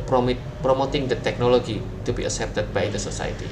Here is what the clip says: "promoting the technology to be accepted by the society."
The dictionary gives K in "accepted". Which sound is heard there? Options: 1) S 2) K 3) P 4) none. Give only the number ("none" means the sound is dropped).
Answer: 4